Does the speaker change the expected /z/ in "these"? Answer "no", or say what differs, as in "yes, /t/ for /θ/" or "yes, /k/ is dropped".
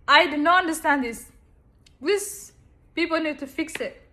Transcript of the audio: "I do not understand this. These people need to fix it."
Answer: yes, /s/ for /z/